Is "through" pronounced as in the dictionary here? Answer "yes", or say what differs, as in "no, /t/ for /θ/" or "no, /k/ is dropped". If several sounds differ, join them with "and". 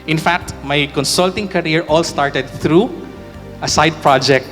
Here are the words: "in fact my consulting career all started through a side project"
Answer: no, /t/ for /θ/